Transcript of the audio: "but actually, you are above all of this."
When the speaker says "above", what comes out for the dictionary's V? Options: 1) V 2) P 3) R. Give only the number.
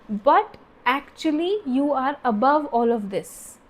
1